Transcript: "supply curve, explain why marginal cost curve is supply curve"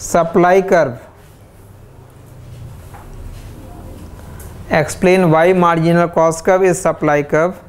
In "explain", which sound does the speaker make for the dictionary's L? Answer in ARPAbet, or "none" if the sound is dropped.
L